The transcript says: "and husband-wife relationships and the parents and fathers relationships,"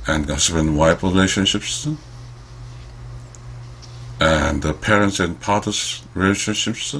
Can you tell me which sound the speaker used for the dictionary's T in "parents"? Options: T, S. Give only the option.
T